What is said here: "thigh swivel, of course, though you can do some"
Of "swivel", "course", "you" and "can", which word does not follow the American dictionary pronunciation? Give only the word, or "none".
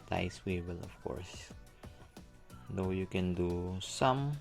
swivel